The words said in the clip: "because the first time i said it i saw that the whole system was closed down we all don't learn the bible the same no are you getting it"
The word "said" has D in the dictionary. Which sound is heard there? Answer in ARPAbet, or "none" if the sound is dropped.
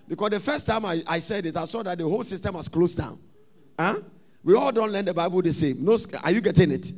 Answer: D